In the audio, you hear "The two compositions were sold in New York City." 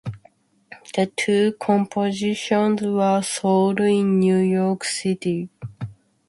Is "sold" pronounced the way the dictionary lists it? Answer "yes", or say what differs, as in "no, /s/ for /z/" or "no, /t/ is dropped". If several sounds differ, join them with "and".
yes